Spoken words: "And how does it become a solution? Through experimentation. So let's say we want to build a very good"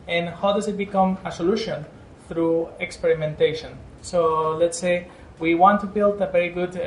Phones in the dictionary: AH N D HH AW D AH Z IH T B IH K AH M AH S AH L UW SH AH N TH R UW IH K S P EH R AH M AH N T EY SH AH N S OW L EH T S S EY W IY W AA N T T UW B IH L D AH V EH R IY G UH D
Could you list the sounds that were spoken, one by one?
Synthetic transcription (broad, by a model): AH N HH AW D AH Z IH T B IH K AH M AH S AH L UW SH AH N TH R UW IH K S P EH R AH M AH N T EY SH AH N S OW L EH T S S EY W IY W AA N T T UW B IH L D AH V EH R IY G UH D